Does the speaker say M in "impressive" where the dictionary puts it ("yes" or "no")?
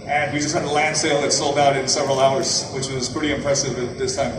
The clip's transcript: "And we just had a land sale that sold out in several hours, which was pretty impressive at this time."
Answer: yes